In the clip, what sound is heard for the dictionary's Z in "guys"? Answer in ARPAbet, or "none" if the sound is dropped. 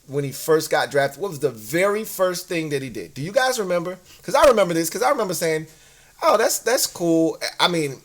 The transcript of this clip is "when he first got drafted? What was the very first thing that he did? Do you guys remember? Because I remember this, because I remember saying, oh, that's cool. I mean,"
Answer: Z